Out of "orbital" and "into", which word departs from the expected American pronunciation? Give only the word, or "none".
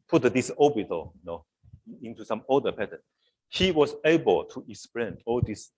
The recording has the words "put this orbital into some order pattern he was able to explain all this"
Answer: orbital